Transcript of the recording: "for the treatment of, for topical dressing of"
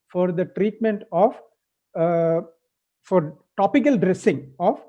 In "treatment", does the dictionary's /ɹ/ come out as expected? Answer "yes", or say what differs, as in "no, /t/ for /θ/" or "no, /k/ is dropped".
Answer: yes